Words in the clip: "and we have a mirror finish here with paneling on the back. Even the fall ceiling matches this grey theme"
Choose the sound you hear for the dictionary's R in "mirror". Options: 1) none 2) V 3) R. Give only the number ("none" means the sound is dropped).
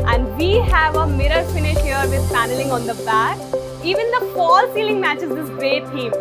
3